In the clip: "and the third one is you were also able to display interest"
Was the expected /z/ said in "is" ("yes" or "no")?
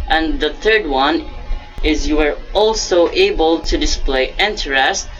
yes